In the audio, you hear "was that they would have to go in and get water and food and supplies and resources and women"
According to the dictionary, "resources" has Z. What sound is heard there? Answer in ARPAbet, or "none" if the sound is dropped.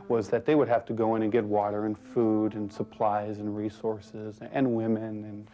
Z